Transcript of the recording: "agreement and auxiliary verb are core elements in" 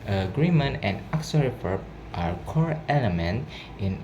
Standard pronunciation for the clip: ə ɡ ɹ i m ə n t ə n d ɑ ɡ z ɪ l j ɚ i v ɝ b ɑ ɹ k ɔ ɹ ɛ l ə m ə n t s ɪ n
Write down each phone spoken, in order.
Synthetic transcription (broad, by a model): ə ɡ ɹ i m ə n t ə n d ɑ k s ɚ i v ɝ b ɑ ɹ k ɔ ɹ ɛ l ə m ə n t ɪ n